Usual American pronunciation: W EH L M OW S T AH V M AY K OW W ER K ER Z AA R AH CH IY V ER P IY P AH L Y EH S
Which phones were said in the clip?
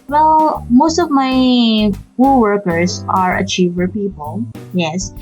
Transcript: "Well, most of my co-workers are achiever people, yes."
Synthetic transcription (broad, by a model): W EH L M OW S T AH V M AY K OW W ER K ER S AA R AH CH IY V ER P IY P AH L Y EH S